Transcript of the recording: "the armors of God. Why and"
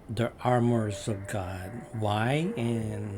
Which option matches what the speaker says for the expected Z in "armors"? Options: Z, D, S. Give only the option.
Z